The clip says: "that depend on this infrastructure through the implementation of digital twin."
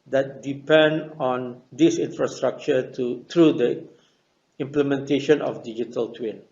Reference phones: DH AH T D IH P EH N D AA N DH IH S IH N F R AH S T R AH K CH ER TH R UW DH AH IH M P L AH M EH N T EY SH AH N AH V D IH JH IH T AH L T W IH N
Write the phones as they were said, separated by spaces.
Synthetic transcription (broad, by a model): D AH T D IH P EH N D AA N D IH S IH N F R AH S T R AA K CH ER T R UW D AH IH M P L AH M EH N T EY SH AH N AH F D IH JH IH T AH L T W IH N